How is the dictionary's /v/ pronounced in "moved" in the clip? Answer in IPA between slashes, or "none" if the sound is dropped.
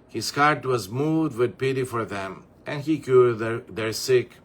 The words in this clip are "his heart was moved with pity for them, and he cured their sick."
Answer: none